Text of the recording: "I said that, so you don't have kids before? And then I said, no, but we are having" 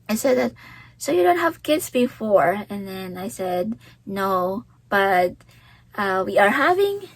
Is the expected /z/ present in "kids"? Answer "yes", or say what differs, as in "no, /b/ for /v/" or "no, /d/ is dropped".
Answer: no, /s/ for /z/